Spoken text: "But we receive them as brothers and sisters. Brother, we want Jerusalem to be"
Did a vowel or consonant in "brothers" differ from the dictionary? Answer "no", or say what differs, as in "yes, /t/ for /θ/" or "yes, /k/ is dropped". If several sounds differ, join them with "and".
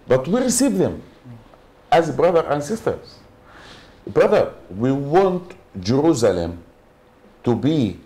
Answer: yes, /z/ is dropped